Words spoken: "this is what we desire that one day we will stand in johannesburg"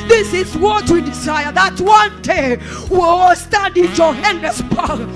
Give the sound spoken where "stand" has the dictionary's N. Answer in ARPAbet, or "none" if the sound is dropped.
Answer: none